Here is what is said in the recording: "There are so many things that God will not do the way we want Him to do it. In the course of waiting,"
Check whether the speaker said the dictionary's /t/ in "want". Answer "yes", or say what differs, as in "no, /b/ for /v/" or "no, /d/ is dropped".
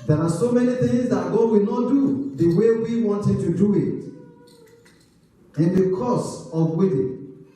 yes